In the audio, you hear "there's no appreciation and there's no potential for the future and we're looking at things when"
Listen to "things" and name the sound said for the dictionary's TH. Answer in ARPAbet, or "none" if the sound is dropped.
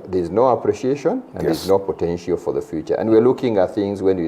TH